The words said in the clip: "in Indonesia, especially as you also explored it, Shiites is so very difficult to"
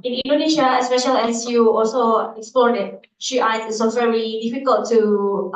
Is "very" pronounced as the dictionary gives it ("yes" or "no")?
no